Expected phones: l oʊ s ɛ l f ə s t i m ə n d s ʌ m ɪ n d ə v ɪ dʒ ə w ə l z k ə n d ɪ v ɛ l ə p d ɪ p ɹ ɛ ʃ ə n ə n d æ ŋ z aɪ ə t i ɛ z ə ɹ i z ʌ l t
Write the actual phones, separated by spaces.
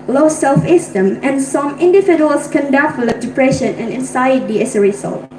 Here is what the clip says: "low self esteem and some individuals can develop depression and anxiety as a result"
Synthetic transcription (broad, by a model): l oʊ s ɛ l f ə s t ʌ m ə n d s ʌ m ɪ n d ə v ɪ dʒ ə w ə l s k ə n d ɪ f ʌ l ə d ɪ p ɹ ɛ ʃ ə n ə n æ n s aɪ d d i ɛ s ə ɹ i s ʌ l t